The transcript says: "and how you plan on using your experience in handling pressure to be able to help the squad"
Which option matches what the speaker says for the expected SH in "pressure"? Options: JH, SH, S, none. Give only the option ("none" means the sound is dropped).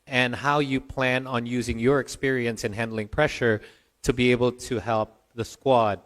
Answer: SH